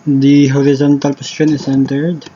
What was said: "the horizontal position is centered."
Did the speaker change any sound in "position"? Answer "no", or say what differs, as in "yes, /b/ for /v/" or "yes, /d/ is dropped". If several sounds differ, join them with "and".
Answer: yes, /s/ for /z/